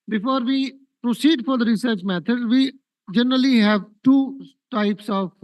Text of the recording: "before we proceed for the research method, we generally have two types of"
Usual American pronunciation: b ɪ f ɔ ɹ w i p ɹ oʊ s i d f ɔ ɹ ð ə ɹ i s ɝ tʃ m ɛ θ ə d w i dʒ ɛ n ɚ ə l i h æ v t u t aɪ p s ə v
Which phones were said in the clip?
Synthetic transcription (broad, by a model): b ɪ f ɔ ɹ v i p ɹ oʊ s i d f ɔ ɹ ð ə ɹ i s ɝ tʃ m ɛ t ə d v i dʒ ɛ n ɚ ə l i h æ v t u t aɪ p s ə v